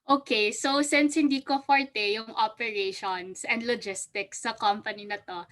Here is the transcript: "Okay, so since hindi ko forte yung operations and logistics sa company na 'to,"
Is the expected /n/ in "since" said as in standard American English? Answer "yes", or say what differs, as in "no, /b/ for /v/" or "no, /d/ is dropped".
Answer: yes